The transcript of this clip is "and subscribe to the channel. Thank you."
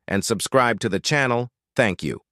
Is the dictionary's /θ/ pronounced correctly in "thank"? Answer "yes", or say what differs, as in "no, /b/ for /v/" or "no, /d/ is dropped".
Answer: yes